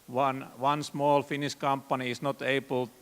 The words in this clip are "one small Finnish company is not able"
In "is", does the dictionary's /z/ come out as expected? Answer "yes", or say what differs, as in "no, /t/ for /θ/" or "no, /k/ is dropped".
no, /s/ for /z/